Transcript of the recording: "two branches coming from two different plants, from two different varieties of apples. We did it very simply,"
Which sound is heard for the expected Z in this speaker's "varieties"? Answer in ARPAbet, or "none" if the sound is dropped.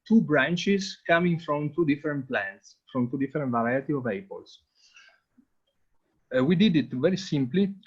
none